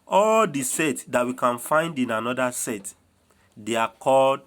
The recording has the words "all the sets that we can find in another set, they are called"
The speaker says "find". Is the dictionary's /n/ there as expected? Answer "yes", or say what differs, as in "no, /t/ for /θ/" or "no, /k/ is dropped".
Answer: yes